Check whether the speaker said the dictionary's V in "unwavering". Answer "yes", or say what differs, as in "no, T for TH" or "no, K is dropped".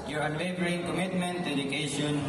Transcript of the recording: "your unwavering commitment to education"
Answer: no, B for V